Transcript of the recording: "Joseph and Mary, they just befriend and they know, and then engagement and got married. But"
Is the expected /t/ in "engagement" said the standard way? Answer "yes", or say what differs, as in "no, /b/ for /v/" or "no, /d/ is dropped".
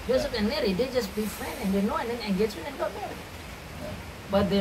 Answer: no, /t/ is dropped